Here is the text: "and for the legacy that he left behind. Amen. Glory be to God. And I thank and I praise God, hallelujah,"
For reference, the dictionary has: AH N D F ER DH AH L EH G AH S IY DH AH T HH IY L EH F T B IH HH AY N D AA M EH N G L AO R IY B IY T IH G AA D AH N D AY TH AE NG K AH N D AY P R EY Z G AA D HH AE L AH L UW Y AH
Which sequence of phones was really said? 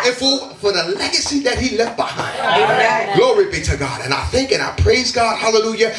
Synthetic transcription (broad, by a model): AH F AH F ER DH AH L EH G AH S IY DH AH T HH IY L EH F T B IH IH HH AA IH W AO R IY B IY T IH G AA D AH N AY TH AE NG K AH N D AY P R EY Z G AA D HH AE L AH L UW Y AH